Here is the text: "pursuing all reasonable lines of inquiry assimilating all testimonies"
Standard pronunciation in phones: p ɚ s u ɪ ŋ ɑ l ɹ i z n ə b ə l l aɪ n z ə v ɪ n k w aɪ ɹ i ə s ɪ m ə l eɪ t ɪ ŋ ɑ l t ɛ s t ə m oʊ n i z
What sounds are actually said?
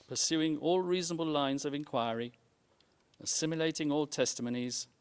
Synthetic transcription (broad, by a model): p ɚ s u ɪ ŋ ɑ l ɹ i z n ə b ə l l aɪ n z ə v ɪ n k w aɪ ɹ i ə s ɪ m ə l eɪ t ɪ ŋ ɑ l t ɛ s t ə m oʊ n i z